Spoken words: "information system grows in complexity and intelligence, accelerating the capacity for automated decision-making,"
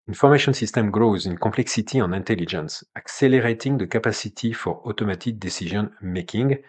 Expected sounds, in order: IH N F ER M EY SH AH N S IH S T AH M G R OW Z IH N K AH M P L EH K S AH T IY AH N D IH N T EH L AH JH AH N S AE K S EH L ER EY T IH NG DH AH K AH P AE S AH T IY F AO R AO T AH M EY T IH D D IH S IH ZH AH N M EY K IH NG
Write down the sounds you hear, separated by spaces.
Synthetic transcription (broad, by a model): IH N F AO M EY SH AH N S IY S T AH M G R OW Z IH N K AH P L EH K S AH T IY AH N IH N T EH L AH JH AH N S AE K S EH L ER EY T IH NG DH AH K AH P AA S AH T IY F AO R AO T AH M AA T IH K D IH S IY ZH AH N M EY K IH NG